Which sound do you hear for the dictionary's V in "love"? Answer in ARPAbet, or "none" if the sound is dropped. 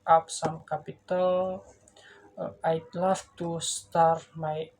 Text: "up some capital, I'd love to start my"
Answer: F